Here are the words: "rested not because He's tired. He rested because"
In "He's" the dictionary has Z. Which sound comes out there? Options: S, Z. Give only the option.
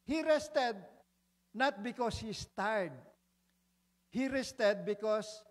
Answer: S